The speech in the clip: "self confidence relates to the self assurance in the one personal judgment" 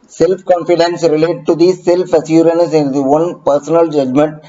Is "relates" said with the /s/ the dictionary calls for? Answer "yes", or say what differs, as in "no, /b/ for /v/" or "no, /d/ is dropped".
no, /s/ is dropped